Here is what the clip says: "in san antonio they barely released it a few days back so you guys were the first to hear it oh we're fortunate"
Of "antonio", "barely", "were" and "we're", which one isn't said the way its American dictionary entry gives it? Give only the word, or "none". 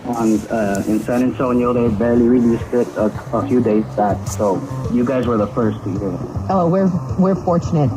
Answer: antonio